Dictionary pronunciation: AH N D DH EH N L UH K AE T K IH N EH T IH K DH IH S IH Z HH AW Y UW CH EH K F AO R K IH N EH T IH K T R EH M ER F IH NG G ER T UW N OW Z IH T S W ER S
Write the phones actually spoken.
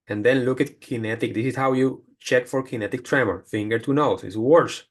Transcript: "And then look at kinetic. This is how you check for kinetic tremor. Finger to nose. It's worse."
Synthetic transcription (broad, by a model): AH N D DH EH N L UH K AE T K IH N EH T IH K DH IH S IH S HH AW Y UW CH EH K F AO R K IH N EH T IH K T R EH M ER F IH NG G ER T UW N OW S IH T S W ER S